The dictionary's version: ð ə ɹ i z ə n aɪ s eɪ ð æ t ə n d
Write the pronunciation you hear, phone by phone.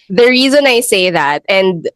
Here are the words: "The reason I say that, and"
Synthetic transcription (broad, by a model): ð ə ɹ i z ə n aɪ s eɪ ð æ t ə n d